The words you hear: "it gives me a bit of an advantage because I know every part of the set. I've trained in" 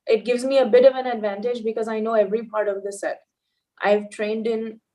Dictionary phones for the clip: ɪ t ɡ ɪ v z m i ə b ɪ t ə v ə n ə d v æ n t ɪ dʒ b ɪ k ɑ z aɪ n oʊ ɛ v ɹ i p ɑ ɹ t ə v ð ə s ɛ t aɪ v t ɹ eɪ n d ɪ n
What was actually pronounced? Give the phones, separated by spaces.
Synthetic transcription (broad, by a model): ɪ t ɡ ɪ v z m i ə b ɪ t ə v ə n ə d v æ n t ɪ dʒ b ɪ k ɑ z aɪ n oʊ ɛ v ɹ i p ɑ ɹ t ə v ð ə s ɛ t aɪ v t ɹ eɪ n d ɪ n